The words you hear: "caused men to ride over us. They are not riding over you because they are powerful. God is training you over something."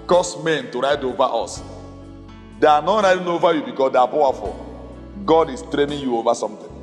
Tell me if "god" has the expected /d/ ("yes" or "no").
yes